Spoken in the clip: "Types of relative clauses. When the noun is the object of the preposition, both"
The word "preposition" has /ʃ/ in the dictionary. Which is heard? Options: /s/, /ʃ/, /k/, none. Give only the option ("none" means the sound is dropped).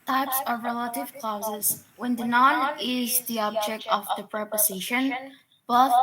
/ʃ/